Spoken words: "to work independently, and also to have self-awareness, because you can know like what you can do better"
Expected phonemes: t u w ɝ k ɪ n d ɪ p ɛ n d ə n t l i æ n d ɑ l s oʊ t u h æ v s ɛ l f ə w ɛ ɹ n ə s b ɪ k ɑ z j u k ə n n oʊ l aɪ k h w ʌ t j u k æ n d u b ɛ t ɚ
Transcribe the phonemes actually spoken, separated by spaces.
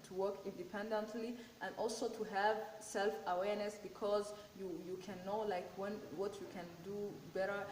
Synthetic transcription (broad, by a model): t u w ɝ k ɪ n d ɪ p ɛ n d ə n t l i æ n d ɑ l s oʊ t u h æ v s ɛ l f ə w ɛ ɹ n ə s b ɪ k ɑ z j u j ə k n oʊ l aɪ k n w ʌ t j u k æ n d u b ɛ t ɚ